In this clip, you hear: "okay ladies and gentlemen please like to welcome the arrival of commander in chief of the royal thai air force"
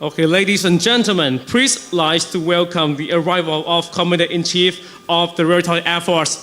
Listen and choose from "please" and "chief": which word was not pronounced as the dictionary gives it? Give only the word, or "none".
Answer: please